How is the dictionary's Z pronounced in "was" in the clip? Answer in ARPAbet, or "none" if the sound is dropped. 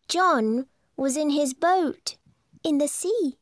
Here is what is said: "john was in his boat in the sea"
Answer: Z